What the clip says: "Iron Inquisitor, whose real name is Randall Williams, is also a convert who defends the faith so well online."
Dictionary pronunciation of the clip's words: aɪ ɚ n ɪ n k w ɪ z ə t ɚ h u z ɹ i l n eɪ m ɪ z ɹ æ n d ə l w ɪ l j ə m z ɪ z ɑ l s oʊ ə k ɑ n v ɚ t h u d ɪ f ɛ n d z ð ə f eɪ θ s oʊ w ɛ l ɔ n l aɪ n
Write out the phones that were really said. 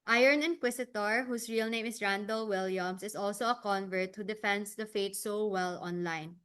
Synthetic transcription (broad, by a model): aɪ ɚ n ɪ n k w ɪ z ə t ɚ h u s ɹ i l n eɪ m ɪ s ɹ æ n d ə l w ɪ l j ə m s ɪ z ɑ l s oʊ ə k ɑ n v ɚ t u d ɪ f ɛ n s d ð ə f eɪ t s oʊ w ɛ l ɔ n l aɪ n